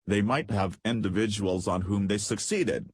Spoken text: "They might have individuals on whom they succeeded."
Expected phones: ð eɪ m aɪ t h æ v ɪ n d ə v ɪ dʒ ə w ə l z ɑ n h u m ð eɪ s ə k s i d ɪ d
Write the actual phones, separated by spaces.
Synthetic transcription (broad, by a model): ð eɪ m aɪ t h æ v ɪ n d ə v ɪ dʒ ə w ə l z n h u m ð eɪ s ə k s i d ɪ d